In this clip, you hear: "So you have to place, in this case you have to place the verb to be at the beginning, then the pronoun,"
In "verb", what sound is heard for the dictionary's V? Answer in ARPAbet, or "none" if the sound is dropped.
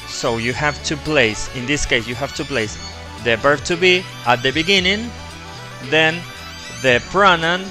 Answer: B